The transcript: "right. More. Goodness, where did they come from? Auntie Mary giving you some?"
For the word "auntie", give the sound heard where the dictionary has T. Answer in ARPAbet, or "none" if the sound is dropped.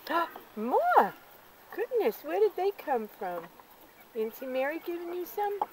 S